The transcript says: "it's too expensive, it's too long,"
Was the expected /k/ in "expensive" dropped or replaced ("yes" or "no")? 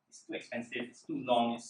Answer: no